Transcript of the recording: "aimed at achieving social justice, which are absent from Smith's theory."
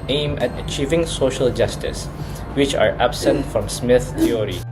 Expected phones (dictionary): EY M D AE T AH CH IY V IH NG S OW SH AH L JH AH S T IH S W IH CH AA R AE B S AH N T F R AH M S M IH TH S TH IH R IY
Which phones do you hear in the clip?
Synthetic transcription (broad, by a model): EY M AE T AH CH IY V IH NG S OW SH AH L JH AH S T IH S W IH CH AA R AE B S AH N T F R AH M S M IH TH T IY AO R IY